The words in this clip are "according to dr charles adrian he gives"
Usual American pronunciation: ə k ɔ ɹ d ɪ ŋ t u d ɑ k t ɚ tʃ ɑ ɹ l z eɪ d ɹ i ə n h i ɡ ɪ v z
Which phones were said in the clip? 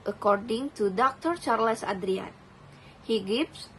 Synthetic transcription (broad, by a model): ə k ɔ ɹ d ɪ ŋ t u d ɑ k t ɚ tʃ ɑ ɹ l s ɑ d ɹ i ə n h i ɡ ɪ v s